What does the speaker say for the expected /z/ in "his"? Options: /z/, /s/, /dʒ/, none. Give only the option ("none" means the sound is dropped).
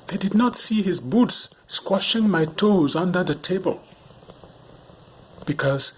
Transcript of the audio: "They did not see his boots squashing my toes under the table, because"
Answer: /z/